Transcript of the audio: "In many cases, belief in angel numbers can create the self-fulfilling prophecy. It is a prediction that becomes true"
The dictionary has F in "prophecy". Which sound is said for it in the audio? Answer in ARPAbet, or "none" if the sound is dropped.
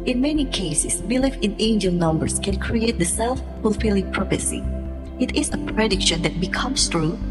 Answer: P